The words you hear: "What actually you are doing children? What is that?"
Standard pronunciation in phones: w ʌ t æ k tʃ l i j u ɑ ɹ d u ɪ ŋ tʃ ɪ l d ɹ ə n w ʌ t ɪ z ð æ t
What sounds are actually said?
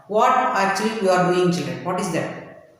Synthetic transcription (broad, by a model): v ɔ t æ tʃ i j u ɑ ɹ d u ɪ ŋ tʃ ɪ l d ɹ ə n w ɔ t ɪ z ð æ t